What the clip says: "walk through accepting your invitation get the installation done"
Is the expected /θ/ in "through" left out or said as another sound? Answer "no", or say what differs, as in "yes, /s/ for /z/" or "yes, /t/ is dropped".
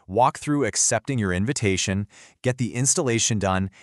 no